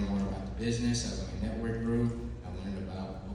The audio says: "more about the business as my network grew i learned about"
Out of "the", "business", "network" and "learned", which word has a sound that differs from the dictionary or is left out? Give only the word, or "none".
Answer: learned